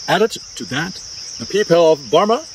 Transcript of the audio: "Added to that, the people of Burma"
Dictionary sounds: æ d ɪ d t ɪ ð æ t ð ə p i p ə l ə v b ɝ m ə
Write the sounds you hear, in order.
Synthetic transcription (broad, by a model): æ d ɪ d t ɪ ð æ t ð ə p i p ə l ə v b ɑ m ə